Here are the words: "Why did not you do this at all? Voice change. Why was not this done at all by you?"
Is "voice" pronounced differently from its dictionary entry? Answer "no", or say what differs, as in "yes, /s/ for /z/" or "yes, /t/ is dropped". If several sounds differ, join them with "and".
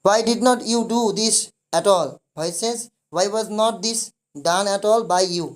yes, /b/ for /v/